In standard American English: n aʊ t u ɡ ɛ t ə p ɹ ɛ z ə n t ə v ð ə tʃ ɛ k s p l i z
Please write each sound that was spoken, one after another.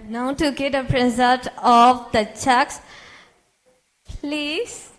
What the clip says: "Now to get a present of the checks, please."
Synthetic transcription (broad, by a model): n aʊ t u ɡ ɛ t ə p ɹ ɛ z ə l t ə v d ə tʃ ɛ k s p l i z